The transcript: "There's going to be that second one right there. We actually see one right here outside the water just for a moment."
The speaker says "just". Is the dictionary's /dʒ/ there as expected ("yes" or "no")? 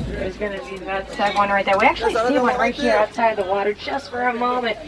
no